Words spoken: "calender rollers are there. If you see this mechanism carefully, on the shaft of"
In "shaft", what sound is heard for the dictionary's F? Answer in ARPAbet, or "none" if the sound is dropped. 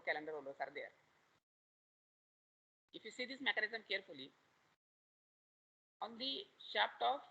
P